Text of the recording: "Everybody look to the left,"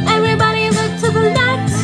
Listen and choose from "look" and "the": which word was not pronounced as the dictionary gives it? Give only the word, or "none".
look